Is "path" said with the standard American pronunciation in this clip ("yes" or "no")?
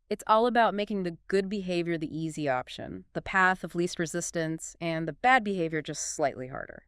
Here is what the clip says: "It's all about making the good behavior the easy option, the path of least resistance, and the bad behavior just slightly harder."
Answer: yes